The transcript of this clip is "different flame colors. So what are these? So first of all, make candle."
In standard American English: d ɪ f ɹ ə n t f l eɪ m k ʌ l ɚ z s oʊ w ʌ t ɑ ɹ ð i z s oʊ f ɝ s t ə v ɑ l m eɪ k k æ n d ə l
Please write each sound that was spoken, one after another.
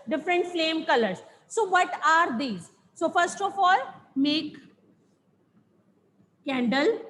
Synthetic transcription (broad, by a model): d ɪ f ɹ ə n t f l eɪ m k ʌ l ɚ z s oʊ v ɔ t ɑ ɹ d i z s oʊ f ɝ s t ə f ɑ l m eɪ k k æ n d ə l